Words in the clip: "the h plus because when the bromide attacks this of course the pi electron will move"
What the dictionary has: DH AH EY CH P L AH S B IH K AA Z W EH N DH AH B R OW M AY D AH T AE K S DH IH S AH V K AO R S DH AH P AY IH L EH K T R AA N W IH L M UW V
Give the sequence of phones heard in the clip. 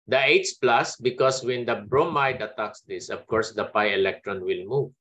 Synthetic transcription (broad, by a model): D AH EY S P L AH S B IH K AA S W EH N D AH B R OW M AY D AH T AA K S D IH S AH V K AO R S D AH P AY IH L EH K T R AA N W IH L M UW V